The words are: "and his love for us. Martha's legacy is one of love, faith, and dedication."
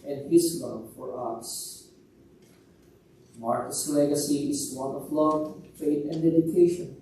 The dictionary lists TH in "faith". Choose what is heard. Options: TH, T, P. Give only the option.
T